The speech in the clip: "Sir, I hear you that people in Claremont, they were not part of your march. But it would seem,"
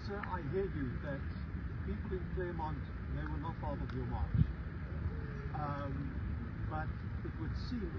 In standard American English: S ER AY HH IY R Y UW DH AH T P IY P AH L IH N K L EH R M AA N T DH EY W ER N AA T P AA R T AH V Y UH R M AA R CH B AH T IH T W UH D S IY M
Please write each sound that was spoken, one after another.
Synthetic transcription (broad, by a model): S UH AY HH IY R Y UW DH AH T P IY P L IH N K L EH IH M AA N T DH EY W ER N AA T F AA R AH AH V Y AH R M AA R CH B AH T IH T W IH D S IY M